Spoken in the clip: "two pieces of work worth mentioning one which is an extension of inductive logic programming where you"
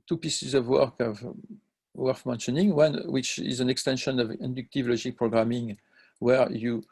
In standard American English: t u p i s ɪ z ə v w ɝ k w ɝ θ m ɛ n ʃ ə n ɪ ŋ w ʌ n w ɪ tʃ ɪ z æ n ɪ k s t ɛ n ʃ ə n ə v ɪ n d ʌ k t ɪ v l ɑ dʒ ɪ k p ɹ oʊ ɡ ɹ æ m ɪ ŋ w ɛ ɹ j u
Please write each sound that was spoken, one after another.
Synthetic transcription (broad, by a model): t u p i s ɪ z ə v w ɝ k w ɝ f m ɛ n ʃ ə n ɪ ŋ w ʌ n w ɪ tʃ ɪ z æ n ɪ k s t ɛ n ʃ ə n ə v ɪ n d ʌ k t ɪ v l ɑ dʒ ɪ k p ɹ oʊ ɡ ɹ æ m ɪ ŋ w ɛ ɹ j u